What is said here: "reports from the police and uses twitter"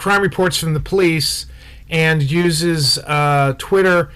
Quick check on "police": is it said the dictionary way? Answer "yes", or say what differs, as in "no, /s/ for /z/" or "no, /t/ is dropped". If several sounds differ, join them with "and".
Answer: yes